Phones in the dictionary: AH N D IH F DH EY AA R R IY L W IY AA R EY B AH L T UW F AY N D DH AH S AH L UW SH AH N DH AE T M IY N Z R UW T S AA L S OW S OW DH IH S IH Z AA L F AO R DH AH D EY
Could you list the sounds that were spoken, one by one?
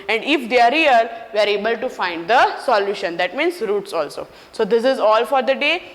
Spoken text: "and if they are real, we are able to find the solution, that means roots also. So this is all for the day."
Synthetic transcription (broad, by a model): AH N D IH F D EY AA R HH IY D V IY AA R EY B AH L T UW F AY N D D AH S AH L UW SH AH N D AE T M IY N S R UW T S AA L S OW S OW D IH S IH Z AA L F AO R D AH D EY